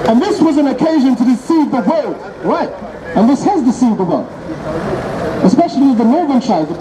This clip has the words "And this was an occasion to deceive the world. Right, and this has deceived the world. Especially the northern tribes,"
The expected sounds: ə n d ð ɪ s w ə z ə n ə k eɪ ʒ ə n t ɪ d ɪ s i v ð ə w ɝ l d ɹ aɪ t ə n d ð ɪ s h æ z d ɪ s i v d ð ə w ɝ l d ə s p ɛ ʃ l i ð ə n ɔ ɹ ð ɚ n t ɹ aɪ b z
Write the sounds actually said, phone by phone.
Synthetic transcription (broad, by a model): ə n ð ɪ s w ə z ə n ə k eɪ ʒ ə n t ɪ d ɪ s i v ð ə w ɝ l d ɹ aɪ t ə n ð ɪ s h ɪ z d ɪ s i v ð ə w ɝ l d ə s p ɛ ʃ l i ð ə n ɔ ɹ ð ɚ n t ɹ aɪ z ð